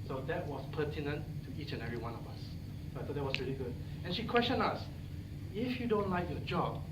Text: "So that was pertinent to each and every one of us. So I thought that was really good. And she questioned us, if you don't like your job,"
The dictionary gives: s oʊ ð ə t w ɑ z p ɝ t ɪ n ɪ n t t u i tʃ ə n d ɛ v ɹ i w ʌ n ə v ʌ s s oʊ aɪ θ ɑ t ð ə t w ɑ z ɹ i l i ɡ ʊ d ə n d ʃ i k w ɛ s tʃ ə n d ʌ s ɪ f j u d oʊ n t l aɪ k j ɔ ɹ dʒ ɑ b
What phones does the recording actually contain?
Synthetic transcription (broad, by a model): s oʊ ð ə t w ɑ s p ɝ t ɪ n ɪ n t t u i tʃ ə n ɛ v ɹ i w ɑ n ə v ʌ s s oʊ aɪ t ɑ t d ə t w ɑ s ɹ i l i ɡ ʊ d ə n ʃ i k w ɛ s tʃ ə n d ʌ s ɪ f j u d oʊ n t l aɪ k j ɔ dʒ ɑ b